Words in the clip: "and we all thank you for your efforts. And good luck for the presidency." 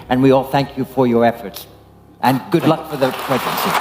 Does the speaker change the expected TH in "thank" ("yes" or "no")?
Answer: no